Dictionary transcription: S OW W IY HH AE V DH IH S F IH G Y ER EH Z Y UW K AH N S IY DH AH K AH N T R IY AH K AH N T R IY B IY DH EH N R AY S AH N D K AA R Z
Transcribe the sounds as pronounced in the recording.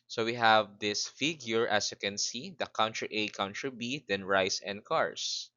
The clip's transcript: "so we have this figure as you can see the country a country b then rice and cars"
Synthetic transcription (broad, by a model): S OW W IY HH AE V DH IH S F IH G Y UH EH S Y UW K AH N S IY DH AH K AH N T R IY AH K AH N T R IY B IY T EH N R AY S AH N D K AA R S